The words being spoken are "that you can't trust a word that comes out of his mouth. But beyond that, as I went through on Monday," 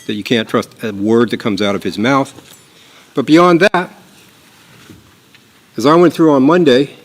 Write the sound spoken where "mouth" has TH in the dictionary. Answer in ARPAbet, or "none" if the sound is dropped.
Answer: TH